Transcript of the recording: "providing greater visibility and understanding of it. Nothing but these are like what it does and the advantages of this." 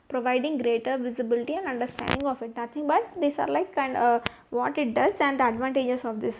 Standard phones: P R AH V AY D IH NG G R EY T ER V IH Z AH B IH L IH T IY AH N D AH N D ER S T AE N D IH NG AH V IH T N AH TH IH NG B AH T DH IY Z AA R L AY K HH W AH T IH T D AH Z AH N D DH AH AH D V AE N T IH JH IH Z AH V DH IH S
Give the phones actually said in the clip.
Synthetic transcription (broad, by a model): P R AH V AY D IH NG G R EY T ER V IH Z AH B IH L IH T IY AH N D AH N D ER S T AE N D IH NG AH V IH T N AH T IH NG B AH T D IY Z AA R L AY K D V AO T IH T D AH Z AH N D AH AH D V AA N T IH JH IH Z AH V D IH S